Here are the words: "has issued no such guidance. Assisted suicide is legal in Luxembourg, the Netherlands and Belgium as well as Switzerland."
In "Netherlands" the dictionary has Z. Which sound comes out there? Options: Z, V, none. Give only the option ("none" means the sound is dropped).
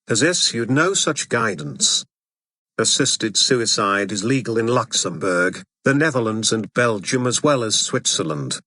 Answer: Z